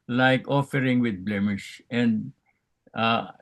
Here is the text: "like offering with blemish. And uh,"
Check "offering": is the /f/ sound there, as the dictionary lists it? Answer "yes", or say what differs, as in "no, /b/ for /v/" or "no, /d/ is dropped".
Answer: yes